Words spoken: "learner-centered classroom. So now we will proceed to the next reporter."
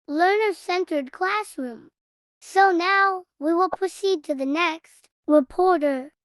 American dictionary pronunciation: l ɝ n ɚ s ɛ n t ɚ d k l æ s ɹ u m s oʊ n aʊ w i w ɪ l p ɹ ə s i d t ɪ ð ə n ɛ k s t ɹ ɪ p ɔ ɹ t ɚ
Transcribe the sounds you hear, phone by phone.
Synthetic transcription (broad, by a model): l ɝ n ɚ s ɛ n t ɚ d k l æ s ɹ u m s oʊ n aʊ w i w ɪ l p ɹ ə s i d t ɪ ð ə n ɛ k s t ɹ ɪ p ɔ ɹ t ɚ